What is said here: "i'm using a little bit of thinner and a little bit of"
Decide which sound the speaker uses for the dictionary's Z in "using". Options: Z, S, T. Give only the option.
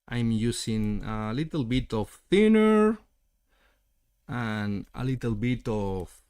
S